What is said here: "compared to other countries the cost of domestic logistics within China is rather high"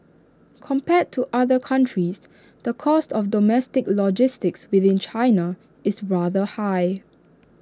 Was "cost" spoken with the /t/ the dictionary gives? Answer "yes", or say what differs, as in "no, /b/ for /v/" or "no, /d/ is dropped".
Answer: yes